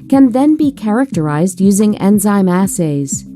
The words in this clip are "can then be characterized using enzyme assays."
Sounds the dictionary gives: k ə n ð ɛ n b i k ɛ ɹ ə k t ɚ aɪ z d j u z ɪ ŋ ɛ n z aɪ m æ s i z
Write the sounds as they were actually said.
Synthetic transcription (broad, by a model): k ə n ð ɛ n b i k ɛ ɹ ə k t ɚ aɪ z d j u z ɪ ŋ ɛ n z aɪ m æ s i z